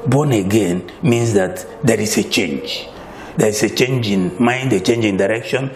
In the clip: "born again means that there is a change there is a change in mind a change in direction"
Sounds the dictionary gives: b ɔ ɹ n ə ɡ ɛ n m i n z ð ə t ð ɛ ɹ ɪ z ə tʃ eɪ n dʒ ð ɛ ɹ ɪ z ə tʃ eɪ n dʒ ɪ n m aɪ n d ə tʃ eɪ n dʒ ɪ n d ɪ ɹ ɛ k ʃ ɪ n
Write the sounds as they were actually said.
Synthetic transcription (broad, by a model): b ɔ n ə ɡ ɛ n m i n s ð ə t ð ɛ ɹ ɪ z ə tʃ eɪ n dʒ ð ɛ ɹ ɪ s ə tʃ eɪ n dʒ ɪ n m aɪ n d ə tʃ eɪ n dʒ ɪ n d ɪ ɹ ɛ k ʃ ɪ n